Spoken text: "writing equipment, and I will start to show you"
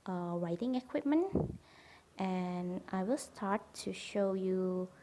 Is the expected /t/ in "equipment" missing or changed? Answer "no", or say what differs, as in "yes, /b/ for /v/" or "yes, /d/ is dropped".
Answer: no